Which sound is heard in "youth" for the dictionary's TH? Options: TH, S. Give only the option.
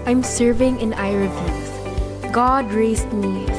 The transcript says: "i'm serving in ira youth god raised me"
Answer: S